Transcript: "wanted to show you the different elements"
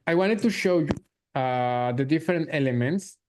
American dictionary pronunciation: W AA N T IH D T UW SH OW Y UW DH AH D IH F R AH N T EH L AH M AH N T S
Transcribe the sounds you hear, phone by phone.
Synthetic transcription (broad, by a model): W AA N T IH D T UW SH OW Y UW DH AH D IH F R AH N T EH L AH M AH N T S